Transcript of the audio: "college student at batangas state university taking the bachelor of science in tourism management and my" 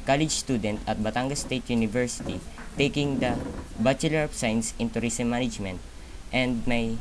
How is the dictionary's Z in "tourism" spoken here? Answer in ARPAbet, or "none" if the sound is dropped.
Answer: S